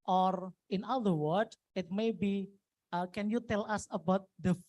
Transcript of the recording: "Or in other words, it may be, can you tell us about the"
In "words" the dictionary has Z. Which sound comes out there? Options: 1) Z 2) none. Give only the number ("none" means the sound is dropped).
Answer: 2